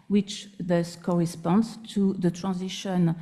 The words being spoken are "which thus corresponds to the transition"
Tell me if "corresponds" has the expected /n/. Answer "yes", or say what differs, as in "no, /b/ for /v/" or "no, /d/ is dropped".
yes